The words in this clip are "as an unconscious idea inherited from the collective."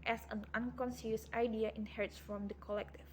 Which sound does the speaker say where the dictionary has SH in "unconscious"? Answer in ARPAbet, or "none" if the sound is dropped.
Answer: S